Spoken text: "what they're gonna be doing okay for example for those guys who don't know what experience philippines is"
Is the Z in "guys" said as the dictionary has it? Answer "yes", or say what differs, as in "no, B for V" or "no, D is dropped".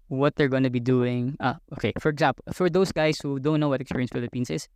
no, S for Z